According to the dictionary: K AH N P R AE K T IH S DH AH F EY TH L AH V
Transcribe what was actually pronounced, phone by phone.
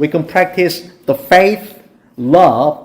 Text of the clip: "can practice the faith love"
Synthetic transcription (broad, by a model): K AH N P R AE K T IH S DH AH F EY TH L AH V